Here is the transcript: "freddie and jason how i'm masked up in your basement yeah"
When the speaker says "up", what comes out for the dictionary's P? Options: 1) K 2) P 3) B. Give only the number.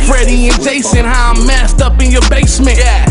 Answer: 2